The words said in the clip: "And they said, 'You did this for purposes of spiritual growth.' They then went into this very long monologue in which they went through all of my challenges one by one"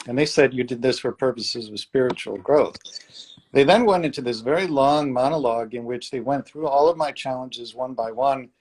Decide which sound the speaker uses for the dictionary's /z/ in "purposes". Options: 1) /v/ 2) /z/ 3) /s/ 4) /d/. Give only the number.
2